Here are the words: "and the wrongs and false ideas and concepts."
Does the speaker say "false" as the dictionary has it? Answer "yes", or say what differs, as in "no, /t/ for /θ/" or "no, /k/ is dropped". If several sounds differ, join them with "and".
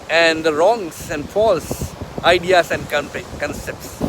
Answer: yes